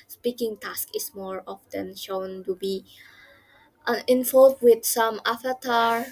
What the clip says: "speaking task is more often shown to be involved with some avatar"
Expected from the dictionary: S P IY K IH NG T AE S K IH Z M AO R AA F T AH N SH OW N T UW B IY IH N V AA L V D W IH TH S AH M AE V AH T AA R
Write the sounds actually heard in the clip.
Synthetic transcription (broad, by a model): S P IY K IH NG T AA S K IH S M AO R AA F T AH N SH OW N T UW B IY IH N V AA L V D W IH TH S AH M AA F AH T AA R